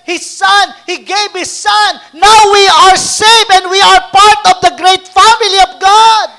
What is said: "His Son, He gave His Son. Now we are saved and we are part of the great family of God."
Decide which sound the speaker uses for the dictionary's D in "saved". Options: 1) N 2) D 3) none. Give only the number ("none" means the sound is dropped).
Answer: 3